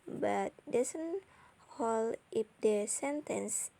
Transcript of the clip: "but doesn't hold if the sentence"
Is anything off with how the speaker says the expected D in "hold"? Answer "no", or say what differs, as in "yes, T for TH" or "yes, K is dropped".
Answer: yes, D is dropped